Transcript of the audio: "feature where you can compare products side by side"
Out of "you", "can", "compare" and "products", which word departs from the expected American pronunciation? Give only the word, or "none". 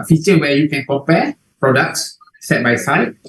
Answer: compare